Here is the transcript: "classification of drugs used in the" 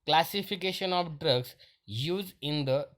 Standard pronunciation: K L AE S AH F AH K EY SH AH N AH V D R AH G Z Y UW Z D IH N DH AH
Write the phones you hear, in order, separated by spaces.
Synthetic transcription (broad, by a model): K L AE S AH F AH K EY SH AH N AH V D R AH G S Y UW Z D IH N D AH